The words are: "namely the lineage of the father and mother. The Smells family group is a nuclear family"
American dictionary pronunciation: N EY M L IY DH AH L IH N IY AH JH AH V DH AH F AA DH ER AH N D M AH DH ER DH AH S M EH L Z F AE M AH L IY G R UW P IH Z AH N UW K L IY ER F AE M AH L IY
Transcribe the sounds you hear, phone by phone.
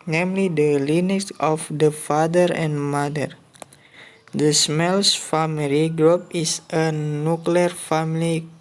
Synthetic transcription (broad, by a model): N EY M L IY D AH L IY N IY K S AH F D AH F AA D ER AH N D M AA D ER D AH S M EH L S F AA M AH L IY G R UW P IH S AH N UW K L IY ER F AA M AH L IY